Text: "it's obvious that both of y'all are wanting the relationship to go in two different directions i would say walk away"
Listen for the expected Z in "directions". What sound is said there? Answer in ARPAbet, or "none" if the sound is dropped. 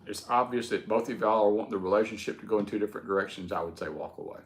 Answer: Z